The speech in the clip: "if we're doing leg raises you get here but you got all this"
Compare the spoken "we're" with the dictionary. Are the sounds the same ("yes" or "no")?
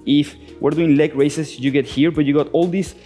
yes